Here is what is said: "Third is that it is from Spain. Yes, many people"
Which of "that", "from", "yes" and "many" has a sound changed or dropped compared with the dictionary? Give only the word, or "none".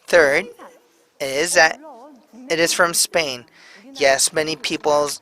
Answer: none